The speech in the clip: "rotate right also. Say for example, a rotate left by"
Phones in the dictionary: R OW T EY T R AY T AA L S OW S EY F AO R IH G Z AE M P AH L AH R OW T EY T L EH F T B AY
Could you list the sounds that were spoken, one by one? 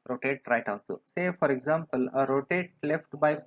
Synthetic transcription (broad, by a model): R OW T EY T R AY T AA N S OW S EY F AO R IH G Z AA M P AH L AH R OW T EY T L EH F T B AY